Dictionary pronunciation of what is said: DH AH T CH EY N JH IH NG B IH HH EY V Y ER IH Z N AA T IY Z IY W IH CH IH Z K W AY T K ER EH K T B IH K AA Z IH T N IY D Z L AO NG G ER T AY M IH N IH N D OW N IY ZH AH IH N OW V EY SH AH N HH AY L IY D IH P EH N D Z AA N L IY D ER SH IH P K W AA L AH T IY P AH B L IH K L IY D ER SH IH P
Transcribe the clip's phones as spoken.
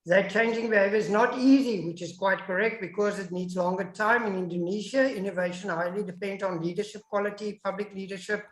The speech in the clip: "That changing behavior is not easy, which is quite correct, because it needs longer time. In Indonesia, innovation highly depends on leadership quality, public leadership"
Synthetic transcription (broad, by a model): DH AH T CH EY N JH IH NG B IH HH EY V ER IH Z N AA T IY Z IY W IH CH IH Z K W AY T K ER EH K T B IH K AA Z IH T N IY D Z L AO NG G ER T AY M IH N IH N D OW N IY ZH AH IH N OW V EY SH AH N HH AY L IY D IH P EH N D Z AA N L IY D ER SH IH P K W AA L AH T IY P AH B L IH K L IY D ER SH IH P